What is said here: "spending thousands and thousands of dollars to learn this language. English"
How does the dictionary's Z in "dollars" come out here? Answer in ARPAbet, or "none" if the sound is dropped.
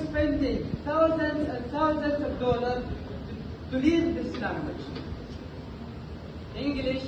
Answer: none